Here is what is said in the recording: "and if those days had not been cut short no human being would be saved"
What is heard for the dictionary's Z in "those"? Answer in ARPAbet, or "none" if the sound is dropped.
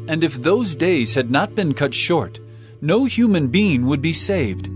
Z